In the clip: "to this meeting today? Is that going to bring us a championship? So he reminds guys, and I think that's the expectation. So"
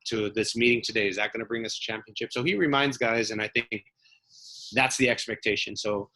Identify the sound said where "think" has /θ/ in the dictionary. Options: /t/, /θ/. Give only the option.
/θ/